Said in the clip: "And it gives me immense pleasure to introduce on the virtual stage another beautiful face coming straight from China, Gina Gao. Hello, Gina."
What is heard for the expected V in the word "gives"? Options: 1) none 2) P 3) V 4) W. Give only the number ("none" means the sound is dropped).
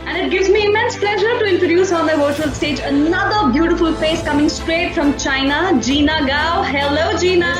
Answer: 3